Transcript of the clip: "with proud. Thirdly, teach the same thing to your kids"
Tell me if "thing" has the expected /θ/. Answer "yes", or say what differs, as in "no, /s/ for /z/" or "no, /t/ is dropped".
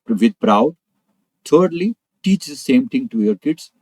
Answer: no, /t/ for /θ/